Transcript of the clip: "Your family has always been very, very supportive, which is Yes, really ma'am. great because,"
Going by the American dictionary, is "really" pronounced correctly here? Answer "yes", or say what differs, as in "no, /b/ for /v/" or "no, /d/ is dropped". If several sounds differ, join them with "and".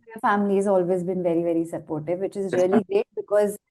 no, /l/ is dropped